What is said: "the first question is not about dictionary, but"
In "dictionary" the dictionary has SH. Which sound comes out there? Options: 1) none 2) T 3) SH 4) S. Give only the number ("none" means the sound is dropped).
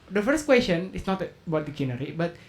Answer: 1